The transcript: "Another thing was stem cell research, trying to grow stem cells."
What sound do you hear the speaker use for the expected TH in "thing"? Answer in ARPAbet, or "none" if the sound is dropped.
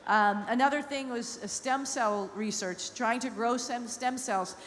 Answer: TH